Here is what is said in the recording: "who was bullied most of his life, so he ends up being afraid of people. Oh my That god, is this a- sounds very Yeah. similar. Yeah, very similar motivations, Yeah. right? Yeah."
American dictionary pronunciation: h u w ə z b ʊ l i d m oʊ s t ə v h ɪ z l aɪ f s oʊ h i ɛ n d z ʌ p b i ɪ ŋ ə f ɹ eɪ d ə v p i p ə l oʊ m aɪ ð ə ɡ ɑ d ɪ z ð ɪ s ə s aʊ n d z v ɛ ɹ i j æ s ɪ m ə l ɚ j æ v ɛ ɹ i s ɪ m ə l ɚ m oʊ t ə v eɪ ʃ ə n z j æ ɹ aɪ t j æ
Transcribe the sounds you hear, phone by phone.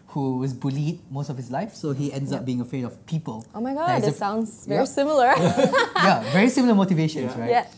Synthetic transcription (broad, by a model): h u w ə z b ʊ l i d m oʊ s t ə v h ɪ s l aɪ f s oʊ h i ɛ n d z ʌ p b i ɪ ŋ ə f ɹ eɪ d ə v p i p ə l oʊ m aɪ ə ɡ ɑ ɪ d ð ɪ ə n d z v ɛ ɹ i s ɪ m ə l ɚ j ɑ v ɛ ɹ i s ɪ m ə l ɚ m oʊ t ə v eɪ ʃ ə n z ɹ aɪ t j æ